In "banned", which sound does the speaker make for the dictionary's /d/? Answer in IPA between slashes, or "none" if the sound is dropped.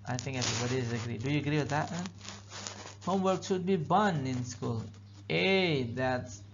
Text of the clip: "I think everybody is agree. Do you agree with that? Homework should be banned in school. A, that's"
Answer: none